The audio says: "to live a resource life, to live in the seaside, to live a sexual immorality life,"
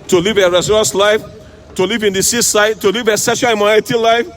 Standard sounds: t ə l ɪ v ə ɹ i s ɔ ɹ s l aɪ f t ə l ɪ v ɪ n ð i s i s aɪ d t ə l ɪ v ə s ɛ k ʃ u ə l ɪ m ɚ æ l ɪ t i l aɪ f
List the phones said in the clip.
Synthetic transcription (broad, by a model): t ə l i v ə ɹ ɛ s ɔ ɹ s l aɪ f t ə l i v ɪ n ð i s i s aɪ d t ə l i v ə s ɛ ʃ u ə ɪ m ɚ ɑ ɪ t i l aɪ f